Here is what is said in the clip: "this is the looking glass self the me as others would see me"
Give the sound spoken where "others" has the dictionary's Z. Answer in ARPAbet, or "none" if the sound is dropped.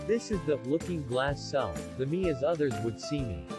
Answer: Z